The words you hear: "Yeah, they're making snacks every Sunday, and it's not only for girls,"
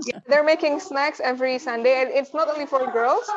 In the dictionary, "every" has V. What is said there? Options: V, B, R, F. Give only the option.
V